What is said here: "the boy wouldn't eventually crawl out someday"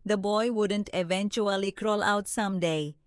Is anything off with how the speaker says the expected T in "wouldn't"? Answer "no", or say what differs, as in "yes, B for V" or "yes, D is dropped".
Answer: no